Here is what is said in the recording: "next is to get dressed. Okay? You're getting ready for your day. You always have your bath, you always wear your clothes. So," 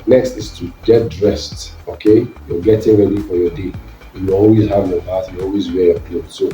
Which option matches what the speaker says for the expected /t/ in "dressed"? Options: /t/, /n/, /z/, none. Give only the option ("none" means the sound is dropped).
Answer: /t/